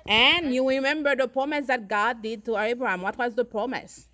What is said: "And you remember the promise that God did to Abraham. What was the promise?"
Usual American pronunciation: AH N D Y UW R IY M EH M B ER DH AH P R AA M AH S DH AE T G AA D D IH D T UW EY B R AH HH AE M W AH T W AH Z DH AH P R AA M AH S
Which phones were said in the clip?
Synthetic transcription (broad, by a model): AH N Y UW R IY M EH M B ER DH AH P R AA M AH S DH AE T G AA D D IH D T UW EY B R AH HH AE M W AH T W AH Z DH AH P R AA M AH S